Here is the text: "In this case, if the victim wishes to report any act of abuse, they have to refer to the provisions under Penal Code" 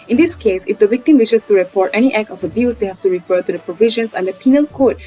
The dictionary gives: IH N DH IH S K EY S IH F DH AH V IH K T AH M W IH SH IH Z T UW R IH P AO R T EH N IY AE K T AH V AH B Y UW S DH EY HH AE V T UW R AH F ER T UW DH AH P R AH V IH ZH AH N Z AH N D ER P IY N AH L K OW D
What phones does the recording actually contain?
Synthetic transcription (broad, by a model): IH N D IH S K EY S IH F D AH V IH K T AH M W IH SH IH S T UW R IH P AO R T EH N IY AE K AH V AH B Y UW S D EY HH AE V T UW R AH F ER T UW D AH P R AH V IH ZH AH N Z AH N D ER P IY N AH L K OW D